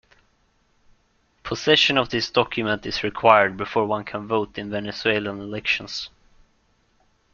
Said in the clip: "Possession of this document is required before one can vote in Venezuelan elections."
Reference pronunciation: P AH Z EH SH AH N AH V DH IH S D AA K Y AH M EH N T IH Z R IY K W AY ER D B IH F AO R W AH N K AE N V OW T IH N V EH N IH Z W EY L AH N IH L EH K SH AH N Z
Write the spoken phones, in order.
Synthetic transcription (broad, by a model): P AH S EH SH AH N AH V DH IH S D AA K Y AH M EH N T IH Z R IY K W AY ER D B IH F AO R W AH N K AE N V OW T IH N V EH N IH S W EY L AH N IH L EH K SH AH N S